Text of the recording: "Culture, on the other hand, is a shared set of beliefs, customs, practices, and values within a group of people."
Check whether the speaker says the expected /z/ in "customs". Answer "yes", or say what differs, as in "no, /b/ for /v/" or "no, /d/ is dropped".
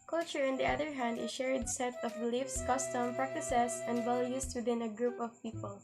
no, /z/ is dropped